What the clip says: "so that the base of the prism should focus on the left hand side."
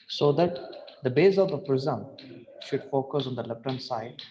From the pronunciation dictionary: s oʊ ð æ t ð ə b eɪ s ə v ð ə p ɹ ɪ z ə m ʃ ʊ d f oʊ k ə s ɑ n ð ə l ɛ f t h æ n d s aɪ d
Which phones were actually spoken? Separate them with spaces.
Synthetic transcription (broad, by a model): s oʊ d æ t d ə b eɪ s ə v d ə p ɹ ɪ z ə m ʃ ʊ d f oʊ k ə s ɑ n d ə l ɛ p t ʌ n s aɪ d